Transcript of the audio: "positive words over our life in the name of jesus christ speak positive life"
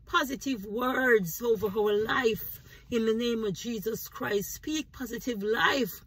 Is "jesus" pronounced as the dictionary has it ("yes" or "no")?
yes